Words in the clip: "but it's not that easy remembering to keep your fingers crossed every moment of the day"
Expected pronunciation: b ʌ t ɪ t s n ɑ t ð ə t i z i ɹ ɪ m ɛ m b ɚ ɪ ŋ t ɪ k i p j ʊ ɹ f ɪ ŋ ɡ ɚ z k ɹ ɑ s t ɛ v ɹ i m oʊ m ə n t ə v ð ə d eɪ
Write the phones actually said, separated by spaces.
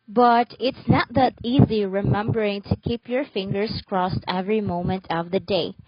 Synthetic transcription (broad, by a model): b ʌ t ɪ t s n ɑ t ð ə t i z i ɹ ɪ m ɛ m b ɚ ɪ ŋ t ɪ k i p j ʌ ɹ f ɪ ŋ ɡ ɚ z k ɹ ɑ s t ɛ v ɹ i m oʊ m ə n t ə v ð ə d eɪ